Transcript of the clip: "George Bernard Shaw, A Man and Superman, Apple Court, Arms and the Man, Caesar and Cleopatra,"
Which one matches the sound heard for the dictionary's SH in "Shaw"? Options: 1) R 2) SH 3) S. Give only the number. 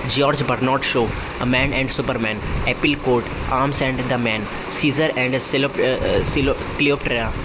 2